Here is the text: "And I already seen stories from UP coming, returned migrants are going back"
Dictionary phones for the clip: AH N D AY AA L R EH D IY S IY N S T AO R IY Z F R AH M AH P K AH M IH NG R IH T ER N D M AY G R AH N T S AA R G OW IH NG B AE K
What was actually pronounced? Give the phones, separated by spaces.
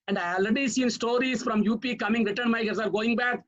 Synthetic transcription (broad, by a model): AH N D AY AA L R EH D IY S IY N S T AO R IY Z F R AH M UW P K AH M IH NG R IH T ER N M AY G AH T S AA R G OW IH NG B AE K